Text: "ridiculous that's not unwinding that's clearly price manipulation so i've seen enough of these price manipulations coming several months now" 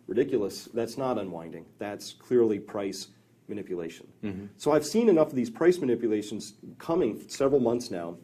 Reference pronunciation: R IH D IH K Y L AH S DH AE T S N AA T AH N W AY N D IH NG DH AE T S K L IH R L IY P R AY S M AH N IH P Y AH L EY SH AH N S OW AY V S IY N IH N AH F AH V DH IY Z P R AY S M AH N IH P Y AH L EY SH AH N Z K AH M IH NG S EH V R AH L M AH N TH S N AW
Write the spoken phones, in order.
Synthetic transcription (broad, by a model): R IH D IH K Y L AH S DH AE T S N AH T AH N W AY N D IH NG DH AE T S K L IH R L IY P R AY S M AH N IH P Y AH L EY SH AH N S OW AY V S IY N IH N AH F AH V DH IY Z P R AY S M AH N IH P Y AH L EY SH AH N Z K AH M IH NG S EH V R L M AH N TH S N AW